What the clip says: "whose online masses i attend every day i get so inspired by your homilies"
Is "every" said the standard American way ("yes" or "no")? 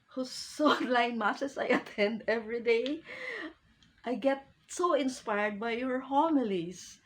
yes